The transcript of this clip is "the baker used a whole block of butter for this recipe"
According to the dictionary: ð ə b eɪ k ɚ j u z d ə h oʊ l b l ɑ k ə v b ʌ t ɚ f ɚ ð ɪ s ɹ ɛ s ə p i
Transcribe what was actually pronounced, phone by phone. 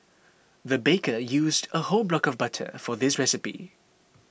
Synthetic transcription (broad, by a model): ð ə b eɪ k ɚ j u z d ə h oʊ l b l ɑ k ə v b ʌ t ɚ f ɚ ð ɪ s ɹ ɛ s ə p i